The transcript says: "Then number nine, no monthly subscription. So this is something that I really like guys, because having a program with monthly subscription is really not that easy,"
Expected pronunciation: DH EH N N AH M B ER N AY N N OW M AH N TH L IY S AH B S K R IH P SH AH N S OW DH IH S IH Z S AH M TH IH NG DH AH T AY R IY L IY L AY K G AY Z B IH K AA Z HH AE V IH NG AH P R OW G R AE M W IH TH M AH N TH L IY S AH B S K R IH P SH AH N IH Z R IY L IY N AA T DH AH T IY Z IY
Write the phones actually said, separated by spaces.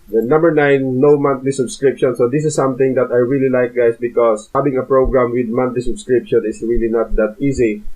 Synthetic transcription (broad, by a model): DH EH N N AH M B ER N AY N N OW M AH N T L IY S AH B S K R IH P SH AH N S OW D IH S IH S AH M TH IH NG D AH T AY R IY L IY L AY K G AY S B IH K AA S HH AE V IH NG AH P R OW G R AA M W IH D M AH N T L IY S AH B S K R IH P SH AH N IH S R IY L IY N AA T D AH T IY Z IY